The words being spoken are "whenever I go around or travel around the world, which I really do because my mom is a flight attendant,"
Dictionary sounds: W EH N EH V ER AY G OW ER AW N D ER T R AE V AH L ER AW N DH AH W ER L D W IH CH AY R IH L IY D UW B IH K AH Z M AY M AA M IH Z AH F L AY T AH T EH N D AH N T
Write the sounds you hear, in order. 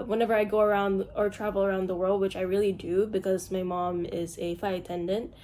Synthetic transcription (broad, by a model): W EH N EH V ER AY G OW ER AW N D ER T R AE V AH L ER AW N DH AH W ER L D W IH CH AY R IH L IY D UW B IH K AH Z M AY M AA M IH Z AH F AY AH T EH N D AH N T